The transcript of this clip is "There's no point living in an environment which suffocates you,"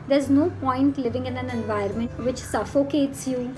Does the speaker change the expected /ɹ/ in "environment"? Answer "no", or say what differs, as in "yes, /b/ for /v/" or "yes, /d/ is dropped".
yes, /ɹ/ is dropped